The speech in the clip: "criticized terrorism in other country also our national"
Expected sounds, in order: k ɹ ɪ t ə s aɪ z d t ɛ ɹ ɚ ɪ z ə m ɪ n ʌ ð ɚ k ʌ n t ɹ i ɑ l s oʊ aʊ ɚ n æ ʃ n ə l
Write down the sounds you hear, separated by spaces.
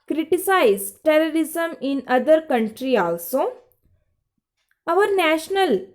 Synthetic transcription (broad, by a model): k ɹ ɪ t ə s aɪ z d t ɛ ɹ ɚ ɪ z ə m ɪ n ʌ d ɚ k ʌ n t ɹ i ɑ l s oʊ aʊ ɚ n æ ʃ n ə l